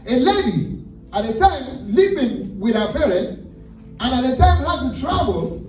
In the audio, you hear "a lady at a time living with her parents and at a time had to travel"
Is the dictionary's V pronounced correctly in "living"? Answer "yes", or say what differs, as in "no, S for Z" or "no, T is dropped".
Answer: no, P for V